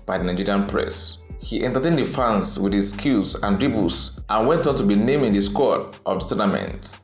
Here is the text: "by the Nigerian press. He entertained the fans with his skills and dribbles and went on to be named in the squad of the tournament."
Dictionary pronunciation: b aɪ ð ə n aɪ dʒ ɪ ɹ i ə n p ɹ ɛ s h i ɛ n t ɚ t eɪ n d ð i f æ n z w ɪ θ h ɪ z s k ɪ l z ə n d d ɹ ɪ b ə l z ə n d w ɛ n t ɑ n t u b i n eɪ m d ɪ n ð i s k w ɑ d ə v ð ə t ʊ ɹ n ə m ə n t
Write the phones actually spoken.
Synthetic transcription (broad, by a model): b aɪ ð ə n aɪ dʒ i ɹ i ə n p ɹ ɛ s h i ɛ n t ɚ t eɪ n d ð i f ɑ n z w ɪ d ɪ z s k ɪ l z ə n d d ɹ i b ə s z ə n w ɛ n t ɑ n t u b i n eɪ m ɪ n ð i s k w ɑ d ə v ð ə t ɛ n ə m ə n t